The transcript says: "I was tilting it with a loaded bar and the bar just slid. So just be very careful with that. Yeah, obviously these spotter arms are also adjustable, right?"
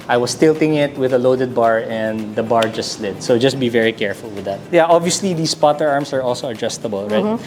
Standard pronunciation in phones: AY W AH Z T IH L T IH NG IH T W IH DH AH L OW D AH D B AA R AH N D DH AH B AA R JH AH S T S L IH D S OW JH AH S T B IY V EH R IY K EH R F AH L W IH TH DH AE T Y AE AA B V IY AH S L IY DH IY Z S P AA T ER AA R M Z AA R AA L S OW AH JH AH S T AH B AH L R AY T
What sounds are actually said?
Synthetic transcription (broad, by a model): AY W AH S T IH L T IH NG IH T W IH DH AH L OW D AH D B AA R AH N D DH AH B AA R JH AH S T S L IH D S OW JH AH S T B IY V EH R IY K EH R F AH L W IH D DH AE T Y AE AA B V IY AH S L IY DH IY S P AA T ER AA R M S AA R AA L S OW AH JH AH S T AH B AH L R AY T